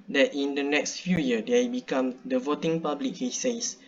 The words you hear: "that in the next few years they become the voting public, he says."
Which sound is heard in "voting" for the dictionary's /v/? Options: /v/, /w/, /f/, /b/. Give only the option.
/v/